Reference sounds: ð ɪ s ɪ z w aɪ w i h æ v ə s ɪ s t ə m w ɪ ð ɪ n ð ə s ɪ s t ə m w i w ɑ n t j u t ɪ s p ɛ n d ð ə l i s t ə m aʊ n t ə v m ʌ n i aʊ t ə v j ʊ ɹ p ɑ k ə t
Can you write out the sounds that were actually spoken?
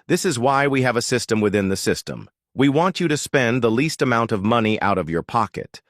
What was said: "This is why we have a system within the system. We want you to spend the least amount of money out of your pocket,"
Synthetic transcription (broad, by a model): ð ɪ s ɪ z w aɪ w i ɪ v ə s ɪ s t ə m w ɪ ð ɪ n ð ə s ɪ s t ə m w i w ɑ n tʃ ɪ t ɪ s p ɛ n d ð ə l i s t ə m aʊ n t ə v m ʌ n i aʊ t ə v j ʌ ɹ p ɑ k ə t